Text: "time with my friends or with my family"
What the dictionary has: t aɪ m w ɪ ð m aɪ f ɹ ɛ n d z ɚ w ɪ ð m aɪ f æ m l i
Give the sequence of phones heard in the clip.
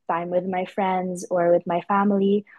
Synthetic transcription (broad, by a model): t aɪ m w ɪ ð m aɪ f ɹ ɛ n d z ɚ w ɪ ð m aɪ f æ m l i